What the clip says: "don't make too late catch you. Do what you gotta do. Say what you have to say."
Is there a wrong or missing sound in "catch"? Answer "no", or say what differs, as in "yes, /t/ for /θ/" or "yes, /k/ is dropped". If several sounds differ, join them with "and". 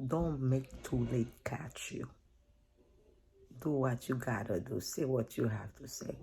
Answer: no